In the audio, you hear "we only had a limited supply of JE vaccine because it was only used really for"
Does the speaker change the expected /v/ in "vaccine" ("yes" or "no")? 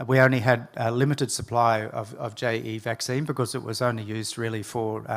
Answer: no